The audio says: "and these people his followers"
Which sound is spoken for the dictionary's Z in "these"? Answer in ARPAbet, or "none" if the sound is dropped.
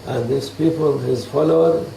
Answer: S